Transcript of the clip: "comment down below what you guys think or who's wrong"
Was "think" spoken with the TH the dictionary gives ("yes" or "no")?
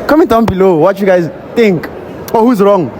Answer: no